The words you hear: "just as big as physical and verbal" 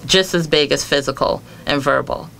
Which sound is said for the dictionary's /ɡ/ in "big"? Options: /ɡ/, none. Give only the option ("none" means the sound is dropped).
/ɡ/